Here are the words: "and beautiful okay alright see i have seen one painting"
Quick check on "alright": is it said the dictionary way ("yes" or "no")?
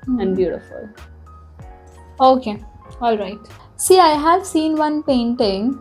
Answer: yes